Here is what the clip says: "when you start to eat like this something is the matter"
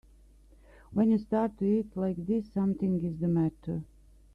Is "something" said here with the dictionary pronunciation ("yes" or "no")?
no